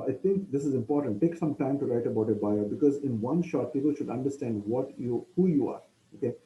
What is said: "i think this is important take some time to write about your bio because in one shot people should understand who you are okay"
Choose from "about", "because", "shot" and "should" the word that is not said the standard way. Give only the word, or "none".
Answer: none